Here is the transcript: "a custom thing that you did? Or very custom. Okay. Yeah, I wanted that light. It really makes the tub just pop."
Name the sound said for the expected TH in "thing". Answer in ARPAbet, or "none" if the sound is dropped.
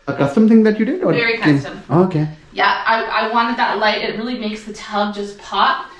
TH